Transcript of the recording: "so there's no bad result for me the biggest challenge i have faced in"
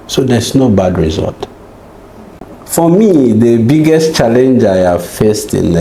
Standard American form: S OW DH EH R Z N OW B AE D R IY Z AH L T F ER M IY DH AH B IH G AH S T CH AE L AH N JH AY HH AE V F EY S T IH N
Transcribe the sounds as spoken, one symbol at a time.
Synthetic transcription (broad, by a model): S OW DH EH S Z N OW B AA D R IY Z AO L T F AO M IY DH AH B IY G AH S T CH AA L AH N JH AY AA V F EY S T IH N